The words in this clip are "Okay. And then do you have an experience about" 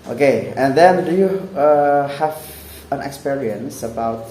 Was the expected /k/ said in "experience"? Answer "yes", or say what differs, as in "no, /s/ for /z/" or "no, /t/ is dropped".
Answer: yes